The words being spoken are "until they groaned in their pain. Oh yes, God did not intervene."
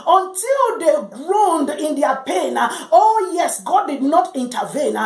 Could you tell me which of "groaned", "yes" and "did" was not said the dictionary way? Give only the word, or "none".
none